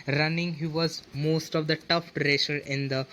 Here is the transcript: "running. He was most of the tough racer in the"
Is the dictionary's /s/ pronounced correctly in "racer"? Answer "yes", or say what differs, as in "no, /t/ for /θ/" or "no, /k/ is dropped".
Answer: no, /ʃ/ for /s/